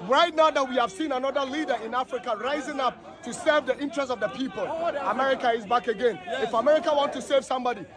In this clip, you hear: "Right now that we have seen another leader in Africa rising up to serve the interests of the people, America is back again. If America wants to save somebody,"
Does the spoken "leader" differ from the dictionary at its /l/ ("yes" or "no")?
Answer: no